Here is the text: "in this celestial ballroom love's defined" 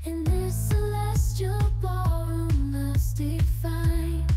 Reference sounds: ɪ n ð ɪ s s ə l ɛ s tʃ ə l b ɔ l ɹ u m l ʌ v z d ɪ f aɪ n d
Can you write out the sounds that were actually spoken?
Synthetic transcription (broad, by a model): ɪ n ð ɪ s s ə l ɛ s tʃ ə l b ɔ ɹ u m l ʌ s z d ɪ f aɪ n